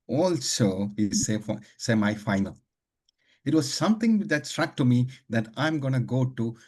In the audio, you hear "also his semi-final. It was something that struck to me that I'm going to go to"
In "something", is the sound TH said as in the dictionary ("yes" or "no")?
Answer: no